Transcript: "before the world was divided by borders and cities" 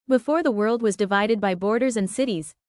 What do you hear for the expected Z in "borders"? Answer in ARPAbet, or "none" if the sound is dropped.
Z